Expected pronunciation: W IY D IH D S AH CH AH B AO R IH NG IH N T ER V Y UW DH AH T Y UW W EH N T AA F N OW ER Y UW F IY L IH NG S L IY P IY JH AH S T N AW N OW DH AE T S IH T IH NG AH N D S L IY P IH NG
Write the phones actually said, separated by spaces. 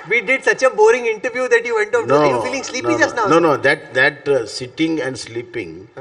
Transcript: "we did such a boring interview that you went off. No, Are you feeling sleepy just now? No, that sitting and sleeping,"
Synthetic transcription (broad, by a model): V IY D IH D S AH CH AH B AO R IH NG IH N T ER V Y UW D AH T Y UW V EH N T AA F N OW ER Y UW F IY L IH NG S L IY IY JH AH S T N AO N OW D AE T S IH T IH NG AH N D S L IY P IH NG